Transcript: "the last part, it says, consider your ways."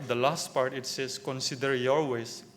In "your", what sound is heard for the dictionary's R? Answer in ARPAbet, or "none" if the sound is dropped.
L